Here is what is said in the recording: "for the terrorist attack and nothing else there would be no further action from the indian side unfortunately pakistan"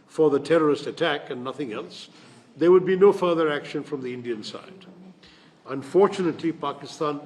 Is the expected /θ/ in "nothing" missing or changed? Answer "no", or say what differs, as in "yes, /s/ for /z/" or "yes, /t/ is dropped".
no